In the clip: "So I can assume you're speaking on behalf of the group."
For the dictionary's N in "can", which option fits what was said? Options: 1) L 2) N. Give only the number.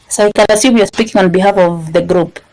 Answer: 1